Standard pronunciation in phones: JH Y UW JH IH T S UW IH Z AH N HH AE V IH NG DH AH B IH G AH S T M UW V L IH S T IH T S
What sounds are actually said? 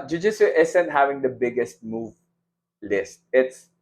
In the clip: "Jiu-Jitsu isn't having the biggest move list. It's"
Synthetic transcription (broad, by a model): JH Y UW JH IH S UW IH S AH N HH AE V IH NG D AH B IH G AH S T M UW V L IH S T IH T S